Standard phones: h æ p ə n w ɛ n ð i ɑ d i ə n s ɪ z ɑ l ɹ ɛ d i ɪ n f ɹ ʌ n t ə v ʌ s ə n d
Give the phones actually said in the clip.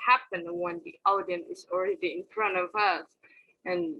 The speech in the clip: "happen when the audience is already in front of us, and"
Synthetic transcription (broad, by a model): h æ p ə n w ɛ n ð i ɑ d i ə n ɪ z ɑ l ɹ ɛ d i ɪ n f ɹ ʌ n t ə v ʌ s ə n